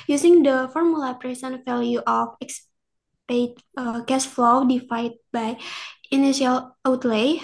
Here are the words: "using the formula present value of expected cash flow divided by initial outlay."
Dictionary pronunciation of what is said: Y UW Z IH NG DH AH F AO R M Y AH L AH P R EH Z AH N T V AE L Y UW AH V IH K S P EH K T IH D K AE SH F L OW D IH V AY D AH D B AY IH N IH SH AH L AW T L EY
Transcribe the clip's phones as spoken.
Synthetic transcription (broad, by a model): Y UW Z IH NG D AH F AO R M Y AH L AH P R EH S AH N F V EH L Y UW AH F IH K S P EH T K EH S F L OW D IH F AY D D B AY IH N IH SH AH L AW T L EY